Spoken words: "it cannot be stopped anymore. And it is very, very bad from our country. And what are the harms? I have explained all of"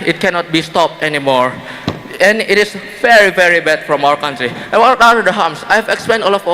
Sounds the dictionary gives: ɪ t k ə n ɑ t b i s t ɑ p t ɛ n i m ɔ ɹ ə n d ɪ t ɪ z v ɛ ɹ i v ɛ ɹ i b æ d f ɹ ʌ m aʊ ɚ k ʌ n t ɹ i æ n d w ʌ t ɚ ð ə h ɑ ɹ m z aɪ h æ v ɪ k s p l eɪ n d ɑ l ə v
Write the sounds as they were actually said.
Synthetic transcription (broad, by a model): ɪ t k ə n ɑ t b i s t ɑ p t ɛ n i m ɔ ɹ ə n ɪ t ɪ s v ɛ ɹ i v ɛ ɹ i b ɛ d f ɹ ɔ m aʊ ɚ k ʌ n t ɹ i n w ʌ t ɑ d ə h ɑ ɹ m s aɪ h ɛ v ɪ k s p eɪ n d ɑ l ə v